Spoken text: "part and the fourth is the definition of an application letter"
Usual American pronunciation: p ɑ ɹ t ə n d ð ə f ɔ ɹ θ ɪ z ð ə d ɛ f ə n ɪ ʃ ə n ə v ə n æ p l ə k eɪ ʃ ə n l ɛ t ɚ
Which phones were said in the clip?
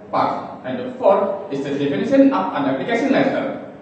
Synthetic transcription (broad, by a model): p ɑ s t ə n d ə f ɔ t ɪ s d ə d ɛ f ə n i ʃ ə n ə p ə n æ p l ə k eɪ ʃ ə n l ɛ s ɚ